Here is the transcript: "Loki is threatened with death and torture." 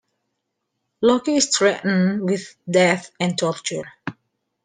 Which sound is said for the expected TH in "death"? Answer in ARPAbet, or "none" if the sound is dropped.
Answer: TH